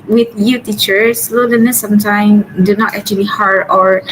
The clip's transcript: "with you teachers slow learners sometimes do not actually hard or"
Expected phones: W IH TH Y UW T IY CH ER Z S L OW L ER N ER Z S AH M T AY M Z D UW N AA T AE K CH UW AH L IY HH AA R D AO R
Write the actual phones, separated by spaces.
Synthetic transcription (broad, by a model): W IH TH Y UW T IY CH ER S L OW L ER N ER S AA M T AY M D UW N AA T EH K CH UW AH L IY HH AA R D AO R